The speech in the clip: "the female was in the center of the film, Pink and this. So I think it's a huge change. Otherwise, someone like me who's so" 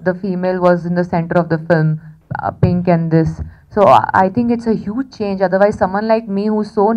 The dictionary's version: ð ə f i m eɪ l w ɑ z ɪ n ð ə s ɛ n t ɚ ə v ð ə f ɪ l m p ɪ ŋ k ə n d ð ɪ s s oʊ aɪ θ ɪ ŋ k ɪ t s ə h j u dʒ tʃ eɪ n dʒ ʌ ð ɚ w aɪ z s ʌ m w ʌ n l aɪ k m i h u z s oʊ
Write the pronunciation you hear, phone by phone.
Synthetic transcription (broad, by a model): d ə f i m eɪ l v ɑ z ɪ n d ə s ɛ n t ɚ ə v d ə f ɪ l m p ɪ ŋ k ə n d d ɪ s s oʊ aɪ t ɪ ŋ k ɪ t s ə h j u dʒ tʃ eɪ n dʒ ʌ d ɚ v aɪ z s ʌ m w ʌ n l aɪ k m i h u z s oʊ